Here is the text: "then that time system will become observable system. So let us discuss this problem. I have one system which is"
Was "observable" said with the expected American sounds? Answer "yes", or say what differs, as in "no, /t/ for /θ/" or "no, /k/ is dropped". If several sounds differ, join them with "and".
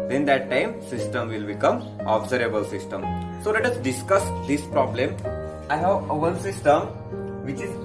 no, /v/ is dropped